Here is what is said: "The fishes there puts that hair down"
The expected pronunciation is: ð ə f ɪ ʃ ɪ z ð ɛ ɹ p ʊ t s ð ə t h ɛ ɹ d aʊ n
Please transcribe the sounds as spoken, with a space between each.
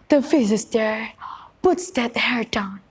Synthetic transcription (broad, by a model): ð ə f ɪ s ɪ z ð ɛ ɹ p ʊ t s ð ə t h ɛ ɹ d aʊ n